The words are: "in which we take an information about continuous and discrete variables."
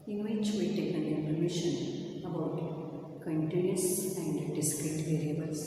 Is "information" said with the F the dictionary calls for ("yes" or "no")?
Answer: no